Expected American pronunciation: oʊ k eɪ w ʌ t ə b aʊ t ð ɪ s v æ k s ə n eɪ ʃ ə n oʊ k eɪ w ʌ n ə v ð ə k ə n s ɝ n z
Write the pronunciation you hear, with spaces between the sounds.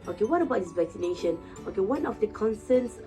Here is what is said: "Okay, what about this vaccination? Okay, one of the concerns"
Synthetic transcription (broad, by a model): oʊ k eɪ w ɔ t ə b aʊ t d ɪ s v æ k s ə n eɪ ʃ ə n oʊ k eɪ w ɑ n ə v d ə k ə n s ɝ n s